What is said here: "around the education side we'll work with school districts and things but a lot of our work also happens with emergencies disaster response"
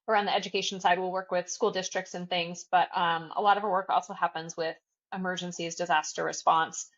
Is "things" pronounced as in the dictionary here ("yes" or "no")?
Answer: yes